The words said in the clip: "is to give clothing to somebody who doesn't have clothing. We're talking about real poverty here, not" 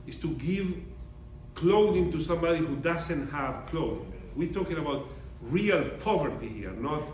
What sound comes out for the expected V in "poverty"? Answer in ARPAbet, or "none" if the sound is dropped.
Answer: V